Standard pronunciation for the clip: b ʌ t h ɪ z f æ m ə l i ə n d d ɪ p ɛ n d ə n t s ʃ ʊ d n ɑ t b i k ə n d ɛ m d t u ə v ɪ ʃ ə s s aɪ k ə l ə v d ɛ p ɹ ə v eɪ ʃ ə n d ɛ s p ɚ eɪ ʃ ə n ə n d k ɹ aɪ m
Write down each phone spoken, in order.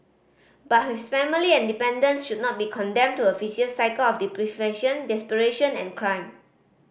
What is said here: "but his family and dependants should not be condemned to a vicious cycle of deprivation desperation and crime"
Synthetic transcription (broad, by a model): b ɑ t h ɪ s f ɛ m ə l i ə n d d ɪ p ɛ n d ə n s ʃ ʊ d n ɑ t b i k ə n d ɛ m t u ə f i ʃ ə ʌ s aɪ k ə l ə f d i p ɹ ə f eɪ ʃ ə n d ɛ s p ɚ eɪ ʃ ə n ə n k ɹ aɪ m